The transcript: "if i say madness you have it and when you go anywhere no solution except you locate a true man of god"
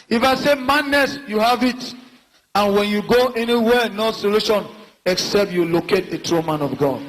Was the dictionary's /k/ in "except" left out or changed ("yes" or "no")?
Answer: no